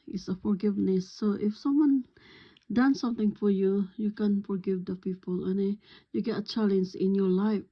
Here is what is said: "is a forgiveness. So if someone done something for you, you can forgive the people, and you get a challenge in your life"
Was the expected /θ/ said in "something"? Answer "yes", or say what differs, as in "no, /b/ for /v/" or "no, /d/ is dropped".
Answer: no, /t/ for /θ/